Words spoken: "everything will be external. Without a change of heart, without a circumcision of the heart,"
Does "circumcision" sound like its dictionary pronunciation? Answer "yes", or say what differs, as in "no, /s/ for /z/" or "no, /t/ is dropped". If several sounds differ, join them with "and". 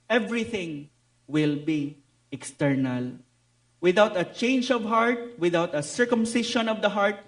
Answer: no, /ʃ/ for /ʒ/